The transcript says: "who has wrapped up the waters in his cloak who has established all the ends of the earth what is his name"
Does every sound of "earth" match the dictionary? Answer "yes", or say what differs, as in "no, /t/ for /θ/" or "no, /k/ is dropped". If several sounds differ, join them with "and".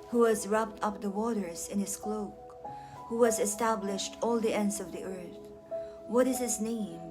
yes